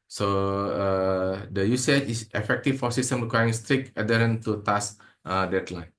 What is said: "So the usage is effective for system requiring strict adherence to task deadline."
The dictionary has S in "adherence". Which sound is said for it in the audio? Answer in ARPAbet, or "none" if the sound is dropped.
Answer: none